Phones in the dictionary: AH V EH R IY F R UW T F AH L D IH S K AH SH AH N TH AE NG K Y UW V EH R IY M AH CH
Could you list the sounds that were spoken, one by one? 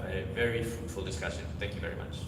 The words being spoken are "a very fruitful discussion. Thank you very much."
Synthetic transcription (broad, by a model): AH V EH R IY F R UW T F AH L D IH S K AH SH AH N TH AE NG K Y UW V EH R IY M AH CH